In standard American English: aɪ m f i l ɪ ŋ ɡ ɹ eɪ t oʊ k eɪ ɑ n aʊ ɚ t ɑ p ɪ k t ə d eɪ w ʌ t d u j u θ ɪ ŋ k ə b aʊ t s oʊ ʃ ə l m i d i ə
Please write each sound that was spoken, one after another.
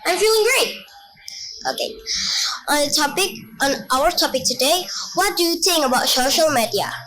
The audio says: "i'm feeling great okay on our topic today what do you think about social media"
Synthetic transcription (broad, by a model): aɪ m f i l ɪ ŋ ɡ ɹ eɪ t oʊ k eɪ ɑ n aʊ ɚ t ɑ p ɪ k t ə d eɪ w ʌ t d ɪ j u θ ɪ ŋ k ə b aʊ t s oʊ ʃ ə l m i d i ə